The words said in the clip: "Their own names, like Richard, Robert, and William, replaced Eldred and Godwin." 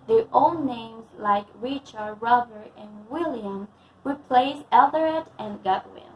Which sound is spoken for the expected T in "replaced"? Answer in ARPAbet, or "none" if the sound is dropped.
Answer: none